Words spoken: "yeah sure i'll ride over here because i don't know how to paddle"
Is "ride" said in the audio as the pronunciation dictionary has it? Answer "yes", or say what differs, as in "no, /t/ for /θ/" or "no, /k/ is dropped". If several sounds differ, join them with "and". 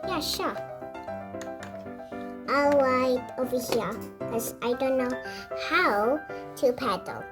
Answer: no, /w/ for /ɹ/